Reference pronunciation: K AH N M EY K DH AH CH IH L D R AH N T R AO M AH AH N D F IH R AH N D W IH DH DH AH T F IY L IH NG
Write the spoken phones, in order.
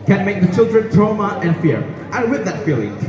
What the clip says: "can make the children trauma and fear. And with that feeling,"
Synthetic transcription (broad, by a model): K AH N M EY K DH AH CH IH L D R AH N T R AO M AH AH N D F IH R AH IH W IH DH DH AH T F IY L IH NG